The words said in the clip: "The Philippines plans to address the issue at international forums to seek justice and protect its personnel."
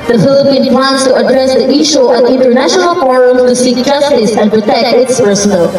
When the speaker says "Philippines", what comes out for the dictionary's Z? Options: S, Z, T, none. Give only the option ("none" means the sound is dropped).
none